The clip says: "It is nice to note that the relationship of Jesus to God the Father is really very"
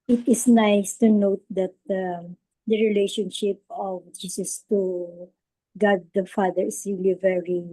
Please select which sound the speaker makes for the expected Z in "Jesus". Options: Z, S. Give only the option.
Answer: S